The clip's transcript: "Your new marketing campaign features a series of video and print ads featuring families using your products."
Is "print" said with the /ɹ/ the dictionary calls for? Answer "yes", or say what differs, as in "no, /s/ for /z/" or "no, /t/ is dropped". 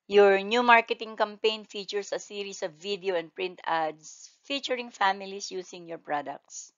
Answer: yes